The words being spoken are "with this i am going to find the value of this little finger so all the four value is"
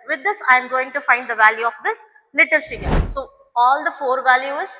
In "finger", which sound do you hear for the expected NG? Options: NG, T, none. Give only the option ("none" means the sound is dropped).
none